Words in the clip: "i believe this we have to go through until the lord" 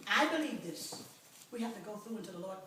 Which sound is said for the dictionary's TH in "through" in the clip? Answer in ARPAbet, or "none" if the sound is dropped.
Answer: TH